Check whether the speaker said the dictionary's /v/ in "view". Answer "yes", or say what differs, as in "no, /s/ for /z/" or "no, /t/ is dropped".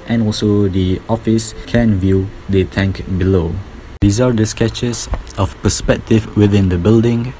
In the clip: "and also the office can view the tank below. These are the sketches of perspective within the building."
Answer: yes